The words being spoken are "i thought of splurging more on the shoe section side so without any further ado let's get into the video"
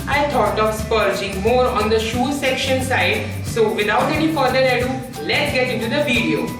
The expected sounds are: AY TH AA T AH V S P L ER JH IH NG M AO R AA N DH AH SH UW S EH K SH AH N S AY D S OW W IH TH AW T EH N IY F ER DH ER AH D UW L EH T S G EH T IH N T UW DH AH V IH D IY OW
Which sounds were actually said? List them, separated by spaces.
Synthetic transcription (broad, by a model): AY T AA T AH V S P ER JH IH NG M AO R AA N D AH SH UW S EH K SH AH N S AY D S OW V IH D AW T EH N IY F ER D ER AH D UW L EH T S G EH T IH N T UW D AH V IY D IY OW